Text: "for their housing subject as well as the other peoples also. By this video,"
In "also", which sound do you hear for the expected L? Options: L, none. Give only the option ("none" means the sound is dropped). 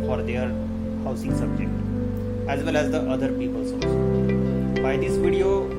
none